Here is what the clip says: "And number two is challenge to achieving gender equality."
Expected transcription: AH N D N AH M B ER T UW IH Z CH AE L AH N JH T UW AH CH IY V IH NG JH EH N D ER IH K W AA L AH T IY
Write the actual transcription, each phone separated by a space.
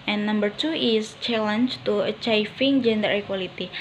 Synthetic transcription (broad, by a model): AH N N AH M B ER T UW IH S CH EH L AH N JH T UW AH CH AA F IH NG JH EH N D ER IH K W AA L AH T IY